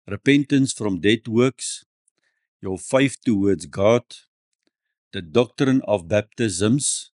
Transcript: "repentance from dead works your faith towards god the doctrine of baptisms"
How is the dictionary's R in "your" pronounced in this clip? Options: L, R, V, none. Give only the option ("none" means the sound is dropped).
L